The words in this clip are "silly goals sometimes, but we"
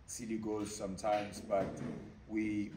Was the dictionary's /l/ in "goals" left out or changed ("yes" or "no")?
yes